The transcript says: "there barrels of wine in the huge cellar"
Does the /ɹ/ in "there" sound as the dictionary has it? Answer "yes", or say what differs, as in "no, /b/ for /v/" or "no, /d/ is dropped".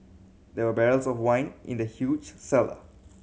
no, /w/ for /ɹ/